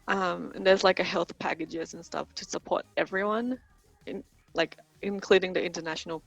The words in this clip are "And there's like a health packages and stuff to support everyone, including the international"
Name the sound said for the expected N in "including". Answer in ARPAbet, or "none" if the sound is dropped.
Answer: N